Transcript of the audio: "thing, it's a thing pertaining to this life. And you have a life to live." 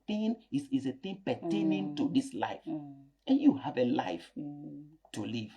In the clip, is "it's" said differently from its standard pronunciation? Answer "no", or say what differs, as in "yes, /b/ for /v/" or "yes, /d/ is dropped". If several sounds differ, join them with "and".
yes, /s/ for /t/